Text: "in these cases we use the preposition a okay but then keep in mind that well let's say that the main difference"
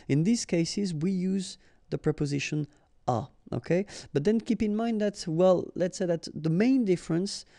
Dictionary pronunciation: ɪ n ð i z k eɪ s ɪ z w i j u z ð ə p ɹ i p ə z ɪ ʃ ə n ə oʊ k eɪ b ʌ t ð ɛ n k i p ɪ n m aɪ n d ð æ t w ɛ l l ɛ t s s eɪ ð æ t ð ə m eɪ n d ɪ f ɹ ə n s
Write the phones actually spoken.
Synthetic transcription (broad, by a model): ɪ n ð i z k eɪ s ɪ z w i j u z ð ə p ɹ i p ə z ɪ ʃ ə n ə oʊ k eɪ b ʌ t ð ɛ n k i p ɪ n m aɪ n d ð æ t w ɛ l l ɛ t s s eɪ ð æ t ð ə m eɪ n d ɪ f ɹ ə n s